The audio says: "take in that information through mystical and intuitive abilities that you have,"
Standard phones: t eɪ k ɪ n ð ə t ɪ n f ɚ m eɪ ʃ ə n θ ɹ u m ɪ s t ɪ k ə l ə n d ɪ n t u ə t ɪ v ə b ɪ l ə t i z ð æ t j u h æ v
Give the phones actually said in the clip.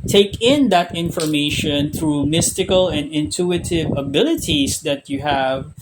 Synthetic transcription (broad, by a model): t eɪ k ɪ n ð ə t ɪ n f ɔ m eɪ ʃ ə n θ ɹ u m ɪ s t ɪ k ə l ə n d ɪ n t u ə t ɪ v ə b ɪ l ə t i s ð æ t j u h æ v